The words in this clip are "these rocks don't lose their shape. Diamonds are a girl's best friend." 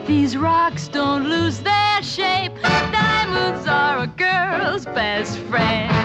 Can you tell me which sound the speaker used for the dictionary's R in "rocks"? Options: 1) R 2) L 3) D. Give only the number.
1